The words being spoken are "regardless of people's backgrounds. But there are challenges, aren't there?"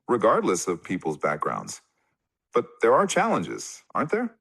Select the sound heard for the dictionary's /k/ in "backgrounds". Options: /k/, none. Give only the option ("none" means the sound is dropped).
/k/